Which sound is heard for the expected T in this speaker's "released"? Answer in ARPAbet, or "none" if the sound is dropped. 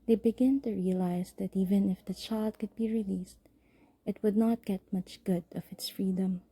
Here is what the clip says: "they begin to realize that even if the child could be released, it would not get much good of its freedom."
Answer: T